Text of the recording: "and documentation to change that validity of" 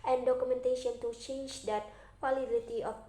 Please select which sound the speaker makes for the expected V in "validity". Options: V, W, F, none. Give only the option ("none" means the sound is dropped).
F